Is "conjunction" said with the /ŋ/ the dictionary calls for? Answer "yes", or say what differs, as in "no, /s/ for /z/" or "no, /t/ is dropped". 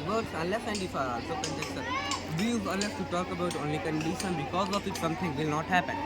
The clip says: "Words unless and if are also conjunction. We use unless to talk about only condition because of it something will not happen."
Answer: no, /ŋ/ is dropped